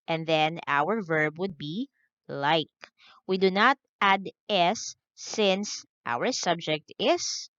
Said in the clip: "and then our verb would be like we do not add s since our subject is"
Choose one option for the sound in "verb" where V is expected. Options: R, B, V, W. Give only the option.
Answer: V